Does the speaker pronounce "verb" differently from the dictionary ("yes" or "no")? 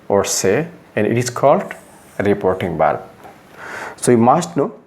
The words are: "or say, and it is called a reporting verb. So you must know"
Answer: yes